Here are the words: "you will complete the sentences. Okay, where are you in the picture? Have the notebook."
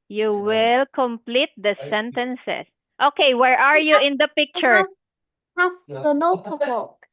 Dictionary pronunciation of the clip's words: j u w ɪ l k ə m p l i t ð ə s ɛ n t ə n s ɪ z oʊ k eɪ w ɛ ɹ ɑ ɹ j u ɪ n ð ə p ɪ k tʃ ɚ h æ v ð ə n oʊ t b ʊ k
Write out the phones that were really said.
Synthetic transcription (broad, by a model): j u w ɪ l k ə m p l i t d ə s ɛ n t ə n s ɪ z oʊ k eɪ w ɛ ɹ ɑ ɹ j u ɪ n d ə p ɪ k tʃ ɚ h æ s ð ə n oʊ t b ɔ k